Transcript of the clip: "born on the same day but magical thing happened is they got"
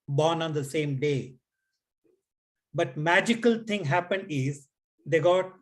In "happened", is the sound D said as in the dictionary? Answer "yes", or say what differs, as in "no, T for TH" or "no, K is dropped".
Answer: yes